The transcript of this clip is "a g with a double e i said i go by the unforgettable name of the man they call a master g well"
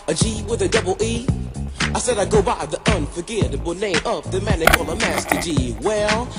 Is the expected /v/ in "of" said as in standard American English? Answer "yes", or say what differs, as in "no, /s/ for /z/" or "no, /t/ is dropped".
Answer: no, /p/ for /v/